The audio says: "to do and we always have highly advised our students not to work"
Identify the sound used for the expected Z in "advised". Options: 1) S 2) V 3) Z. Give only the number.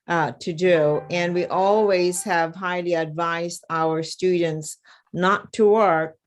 3